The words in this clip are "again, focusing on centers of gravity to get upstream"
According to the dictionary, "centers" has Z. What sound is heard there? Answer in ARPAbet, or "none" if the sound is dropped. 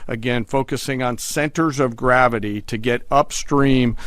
Z